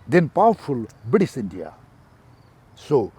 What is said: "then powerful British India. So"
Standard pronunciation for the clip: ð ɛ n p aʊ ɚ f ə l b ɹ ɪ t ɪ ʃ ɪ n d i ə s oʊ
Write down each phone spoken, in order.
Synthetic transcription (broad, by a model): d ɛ n p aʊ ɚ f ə l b ɪ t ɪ s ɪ n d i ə s oʊ